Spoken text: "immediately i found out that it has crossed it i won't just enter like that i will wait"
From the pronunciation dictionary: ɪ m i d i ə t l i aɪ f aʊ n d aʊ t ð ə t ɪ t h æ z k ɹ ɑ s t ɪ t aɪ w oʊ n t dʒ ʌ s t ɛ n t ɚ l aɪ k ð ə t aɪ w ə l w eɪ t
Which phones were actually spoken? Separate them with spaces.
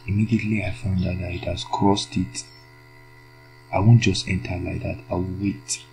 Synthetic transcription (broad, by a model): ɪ m i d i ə t l i aɪ f aʊ n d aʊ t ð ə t ɪ t h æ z k ɹ ɑ s t ɪ t aɪ w oʊ n t dʒ ʌ s t ɛ n t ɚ l aɪ k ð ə t aɪ w ə l w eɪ t